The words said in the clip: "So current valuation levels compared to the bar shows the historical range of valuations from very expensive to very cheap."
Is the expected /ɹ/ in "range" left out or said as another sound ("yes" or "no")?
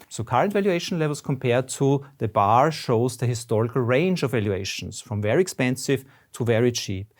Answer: no